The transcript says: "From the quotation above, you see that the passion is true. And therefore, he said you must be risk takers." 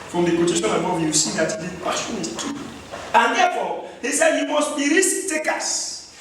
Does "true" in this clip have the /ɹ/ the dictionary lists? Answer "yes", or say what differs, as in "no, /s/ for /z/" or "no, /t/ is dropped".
no, /ɹ/ is dropped